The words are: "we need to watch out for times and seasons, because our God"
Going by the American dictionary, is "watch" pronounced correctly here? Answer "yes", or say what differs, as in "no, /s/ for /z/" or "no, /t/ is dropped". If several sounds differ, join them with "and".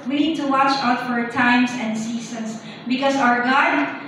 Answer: yes